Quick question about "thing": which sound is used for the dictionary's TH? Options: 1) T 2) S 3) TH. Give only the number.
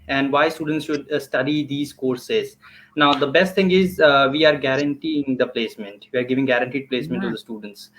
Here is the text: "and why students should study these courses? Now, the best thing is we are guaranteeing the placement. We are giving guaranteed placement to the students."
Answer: 1